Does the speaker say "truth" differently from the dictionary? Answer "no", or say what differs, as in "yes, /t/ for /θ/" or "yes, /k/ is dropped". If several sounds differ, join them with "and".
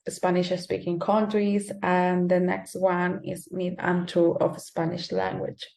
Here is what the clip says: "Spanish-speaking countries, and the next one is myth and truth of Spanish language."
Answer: yes, /ɹ/ is dropped